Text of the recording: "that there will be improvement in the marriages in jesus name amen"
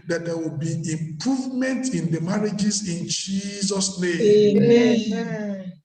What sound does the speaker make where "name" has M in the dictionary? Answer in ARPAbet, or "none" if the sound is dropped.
none